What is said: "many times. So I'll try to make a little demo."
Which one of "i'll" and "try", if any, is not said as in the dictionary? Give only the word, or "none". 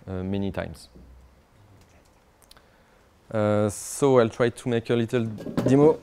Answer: none